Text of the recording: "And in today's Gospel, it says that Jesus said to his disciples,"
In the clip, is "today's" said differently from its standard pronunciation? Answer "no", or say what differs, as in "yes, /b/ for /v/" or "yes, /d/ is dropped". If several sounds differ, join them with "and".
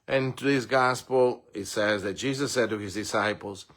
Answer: yes, /s/ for /z/